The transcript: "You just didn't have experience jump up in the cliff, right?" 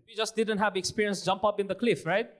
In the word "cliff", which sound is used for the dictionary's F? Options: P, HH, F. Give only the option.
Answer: F